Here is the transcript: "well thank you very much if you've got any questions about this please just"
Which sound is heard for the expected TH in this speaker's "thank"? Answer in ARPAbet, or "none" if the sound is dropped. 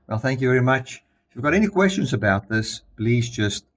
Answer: TH